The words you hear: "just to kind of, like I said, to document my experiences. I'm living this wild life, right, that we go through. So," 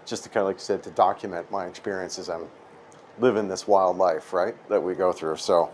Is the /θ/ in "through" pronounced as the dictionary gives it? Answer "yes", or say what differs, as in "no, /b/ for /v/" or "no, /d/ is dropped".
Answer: yes